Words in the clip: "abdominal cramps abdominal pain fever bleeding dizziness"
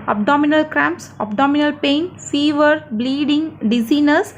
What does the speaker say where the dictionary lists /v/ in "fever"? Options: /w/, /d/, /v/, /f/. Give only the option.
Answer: /v/